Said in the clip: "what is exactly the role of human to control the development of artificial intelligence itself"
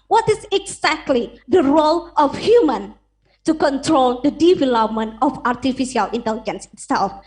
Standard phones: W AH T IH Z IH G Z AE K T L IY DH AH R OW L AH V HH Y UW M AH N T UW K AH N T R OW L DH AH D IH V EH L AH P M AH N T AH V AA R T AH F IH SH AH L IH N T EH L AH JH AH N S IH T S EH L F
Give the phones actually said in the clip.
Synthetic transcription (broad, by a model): W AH T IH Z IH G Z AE K T L IY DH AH R OW L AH F HH Y UW M AH N T UW K AH N T R OW L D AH D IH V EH L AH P M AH N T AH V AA R T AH F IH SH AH L IH N T EH L AH JH AH N S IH T S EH L F